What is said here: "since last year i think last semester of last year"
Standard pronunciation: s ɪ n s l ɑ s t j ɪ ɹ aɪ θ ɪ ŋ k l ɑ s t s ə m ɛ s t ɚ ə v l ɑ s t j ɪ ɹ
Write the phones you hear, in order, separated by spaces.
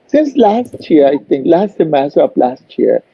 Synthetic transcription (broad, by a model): s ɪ n s l ɑ s t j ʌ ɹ aɪ t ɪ ŋ k l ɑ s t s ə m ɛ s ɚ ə p l ɑ s t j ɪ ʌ